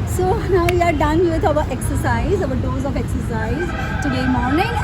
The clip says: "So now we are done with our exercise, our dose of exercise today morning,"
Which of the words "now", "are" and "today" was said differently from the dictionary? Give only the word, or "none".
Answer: none